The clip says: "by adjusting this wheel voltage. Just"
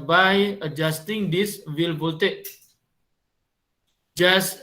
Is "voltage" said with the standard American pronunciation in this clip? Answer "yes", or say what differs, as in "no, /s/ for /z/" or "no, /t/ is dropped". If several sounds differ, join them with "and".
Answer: no, /l/ is dropped